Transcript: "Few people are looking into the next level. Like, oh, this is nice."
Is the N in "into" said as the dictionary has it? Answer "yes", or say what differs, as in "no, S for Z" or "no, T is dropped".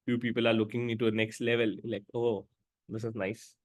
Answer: no, N is dropped